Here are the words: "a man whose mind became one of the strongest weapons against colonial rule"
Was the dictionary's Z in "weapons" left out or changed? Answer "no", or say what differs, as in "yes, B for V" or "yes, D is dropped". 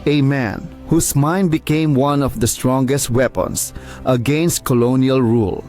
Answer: yes, S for Z